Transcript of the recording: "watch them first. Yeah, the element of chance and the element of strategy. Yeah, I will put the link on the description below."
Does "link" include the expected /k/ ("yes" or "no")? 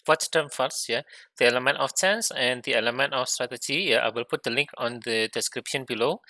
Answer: yes